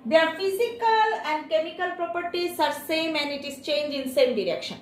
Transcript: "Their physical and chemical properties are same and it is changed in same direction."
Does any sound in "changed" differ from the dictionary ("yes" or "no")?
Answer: yes